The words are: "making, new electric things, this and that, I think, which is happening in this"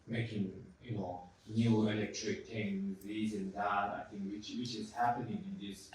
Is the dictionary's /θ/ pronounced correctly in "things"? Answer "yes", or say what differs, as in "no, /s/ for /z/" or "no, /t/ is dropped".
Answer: no, /t/ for /θ/